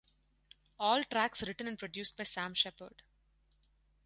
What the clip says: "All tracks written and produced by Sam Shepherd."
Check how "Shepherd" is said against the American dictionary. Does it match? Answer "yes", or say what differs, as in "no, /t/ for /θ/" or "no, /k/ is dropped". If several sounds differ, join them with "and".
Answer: yes